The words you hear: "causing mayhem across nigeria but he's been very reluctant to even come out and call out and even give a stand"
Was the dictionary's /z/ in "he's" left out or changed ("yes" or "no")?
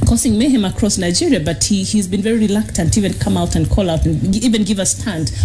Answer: no